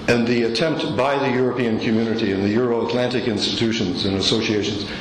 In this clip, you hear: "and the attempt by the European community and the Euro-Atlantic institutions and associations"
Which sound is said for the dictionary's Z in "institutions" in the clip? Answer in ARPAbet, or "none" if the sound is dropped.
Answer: Z